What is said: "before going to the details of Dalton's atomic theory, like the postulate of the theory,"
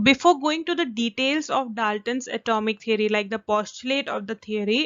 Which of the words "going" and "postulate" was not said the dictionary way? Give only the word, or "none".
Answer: none